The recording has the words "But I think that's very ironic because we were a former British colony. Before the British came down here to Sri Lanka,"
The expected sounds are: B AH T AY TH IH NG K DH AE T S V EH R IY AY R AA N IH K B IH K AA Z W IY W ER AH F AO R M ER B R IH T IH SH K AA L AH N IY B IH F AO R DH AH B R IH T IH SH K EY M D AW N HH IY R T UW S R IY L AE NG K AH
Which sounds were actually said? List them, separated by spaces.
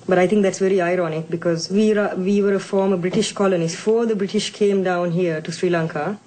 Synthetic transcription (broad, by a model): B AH T AY T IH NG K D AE T S V EH R IY AY R AA N IH K B IH K AA Z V IY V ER AH F AO R M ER B R IH T IH SH K AA L AH N IY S F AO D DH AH B R IH T IH SH K EY M D AW N HH IY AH T UW S R IY L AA NG K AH